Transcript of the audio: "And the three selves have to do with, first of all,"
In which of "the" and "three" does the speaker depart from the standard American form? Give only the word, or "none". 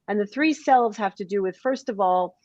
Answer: none